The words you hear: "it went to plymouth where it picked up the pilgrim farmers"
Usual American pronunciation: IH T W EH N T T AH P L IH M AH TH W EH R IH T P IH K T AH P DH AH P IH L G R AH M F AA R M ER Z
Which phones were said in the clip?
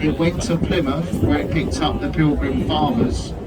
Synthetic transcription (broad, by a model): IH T W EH N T T AH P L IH M AH F W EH R IH T P IH K T AH P DH AH P IH L G R AH M F AA M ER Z